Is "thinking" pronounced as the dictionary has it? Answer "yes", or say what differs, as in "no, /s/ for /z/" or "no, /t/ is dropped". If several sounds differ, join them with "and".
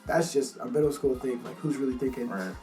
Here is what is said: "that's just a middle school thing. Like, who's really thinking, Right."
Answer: no, /t/ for /θ/ and /ŋ/ is dropped